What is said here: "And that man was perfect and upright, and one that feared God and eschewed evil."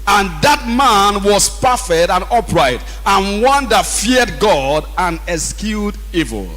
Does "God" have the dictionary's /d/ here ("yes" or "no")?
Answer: yes